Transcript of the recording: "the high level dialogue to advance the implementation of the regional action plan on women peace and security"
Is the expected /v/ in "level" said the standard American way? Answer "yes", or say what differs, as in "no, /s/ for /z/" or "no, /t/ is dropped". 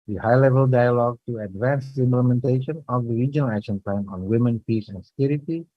yes